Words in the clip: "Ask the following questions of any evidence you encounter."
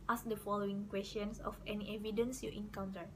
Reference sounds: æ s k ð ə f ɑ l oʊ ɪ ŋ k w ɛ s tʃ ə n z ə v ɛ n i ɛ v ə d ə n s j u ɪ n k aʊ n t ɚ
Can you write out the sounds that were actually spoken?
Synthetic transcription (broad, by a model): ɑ s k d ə f ɑ l oʊ ɪ ŋ k w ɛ s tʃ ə n s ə f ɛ n i ɛ v ə d ə n s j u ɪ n k aʊ n t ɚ